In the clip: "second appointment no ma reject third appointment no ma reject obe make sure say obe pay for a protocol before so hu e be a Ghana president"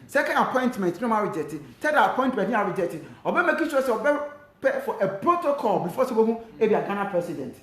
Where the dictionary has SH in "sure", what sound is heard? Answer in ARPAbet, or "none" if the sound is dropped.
S